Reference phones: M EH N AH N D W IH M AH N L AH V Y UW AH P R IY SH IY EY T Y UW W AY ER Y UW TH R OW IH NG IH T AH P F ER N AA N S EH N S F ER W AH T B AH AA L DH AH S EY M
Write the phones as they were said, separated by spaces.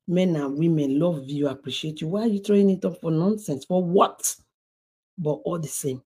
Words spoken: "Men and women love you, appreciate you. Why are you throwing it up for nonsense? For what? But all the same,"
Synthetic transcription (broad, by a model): M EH N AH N W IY M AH N L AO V Y UW AH P R IY SH IY EY T Y UW W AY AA Y UW T R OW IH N IH T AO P F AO N AA N S EH N S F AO W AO T B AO AA L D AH S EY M